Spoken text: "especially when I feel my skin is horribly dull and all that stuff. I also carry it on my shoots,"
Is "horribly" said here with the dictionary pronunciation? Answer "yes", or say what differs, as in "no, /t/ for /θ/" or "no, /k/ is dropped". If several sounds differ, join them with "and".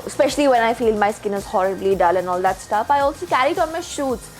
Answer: yes